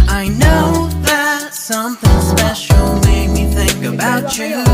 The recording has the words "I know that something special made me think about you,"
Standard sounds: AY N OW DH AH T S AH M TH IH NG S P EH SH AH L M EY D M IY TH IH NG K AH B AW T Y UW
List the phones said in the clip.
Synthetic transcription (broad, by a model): AY N OW DH AH T S AH M TH IH NG S P EH SH L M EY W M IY TH IH NG K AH B AW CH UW